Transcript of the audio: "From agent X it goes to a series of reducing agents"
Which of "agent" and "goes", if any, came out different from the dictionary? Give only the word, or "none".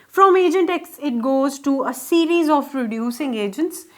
none